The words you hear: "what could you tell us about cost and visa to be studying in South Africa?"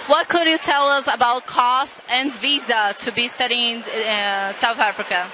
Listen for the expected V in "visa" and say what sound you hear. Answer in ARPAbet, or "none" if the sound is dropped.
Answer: V